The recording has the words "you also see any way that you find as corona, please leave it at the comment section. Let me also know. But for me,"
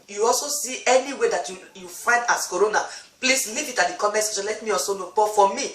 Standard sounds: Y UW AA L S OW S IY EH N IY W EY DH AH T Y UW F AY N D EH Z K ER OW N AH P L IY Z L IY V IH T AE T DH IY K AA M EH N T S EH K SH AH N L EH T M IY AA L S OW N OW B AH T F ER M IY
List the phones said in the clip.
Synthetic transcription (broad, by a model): Y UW AA L S OW S IY EH N IY W EY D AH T Y UW F AY N D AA S K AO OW N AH P L IY S L IY V IH T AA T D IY K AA M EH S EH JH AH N L EH T M IY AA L S OW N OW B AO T F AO M IY